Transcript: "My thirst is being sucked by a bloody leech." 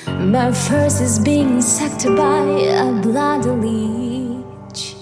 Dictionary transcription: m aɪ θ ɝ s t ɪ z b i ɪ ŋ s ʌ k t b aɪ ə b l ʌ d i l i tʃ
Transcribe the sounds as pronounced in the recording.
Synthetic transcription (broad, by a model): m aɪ f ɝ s ɪ z b i ɪ ŋ s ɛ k t b aɪ ə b l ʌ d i l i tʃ